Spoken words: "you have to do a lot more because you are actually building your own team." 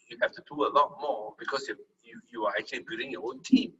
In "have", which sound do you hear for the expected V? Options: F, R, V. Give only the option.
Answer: F